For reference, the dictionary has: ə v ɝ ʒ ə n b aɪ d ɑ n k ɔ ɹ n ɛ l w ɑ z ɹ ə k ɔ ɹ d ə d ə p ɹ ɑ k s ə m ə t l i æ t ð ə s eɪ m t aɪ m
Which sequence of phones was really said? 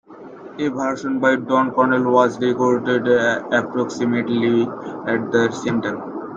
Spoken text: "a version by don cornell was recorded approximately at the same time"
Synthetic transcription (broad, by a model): ə b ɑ ʃ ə n b aɪ d ɑ n k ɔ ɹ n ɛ l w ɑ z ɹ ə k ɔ ɹ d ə d ə p ɹ ɑ k s ə m ə t l i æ t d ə s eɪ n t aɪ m